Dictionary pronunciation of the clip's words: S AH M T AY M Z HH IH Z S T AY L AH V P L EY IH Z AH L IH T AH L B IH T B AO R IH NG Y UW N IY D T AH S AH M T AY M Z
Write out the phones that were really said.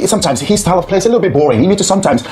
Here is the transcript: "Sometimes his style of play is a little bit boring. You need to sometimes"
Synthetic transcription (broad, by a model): S AH M T AY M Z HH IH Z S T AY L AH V P L EY IH S AH L IH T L B IH T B AO R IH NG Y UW N IY D T AH S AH M T AY M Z